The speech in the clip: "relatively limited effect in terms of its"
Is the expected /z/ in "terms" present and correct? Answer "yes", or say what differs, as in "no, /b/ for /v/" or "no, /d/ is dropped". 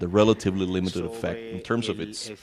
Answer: yes